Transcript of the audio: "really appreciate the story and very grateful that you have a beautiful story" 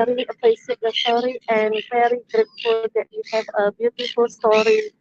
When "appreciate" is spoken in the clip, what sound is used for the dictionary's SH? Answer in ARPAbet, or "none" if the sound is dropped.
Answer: S